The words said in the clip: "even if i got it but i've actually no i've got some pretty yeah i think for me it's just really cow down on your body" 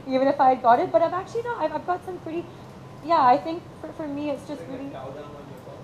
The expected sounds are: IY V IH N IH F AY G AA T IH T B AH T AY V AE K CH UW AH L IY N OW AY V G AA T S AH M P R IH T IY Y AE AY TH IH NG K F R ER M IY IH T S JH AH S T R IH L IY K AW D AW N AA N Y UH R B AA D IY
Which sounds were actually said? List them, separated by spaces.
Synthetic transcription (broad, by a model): IY V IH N IH F AY G AA T IH T B AH T AY V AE K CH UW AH N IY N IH AY V G AA T S AH M P R IH T IY Y AE AY TH IH NG K F R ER M IY IH T S JH AH S T R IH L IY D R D IY